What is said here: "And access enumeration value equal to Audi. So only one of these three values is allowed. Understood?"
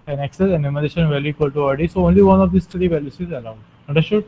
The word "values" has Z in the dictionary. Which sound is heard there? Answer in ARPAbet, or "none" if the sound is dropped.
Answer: S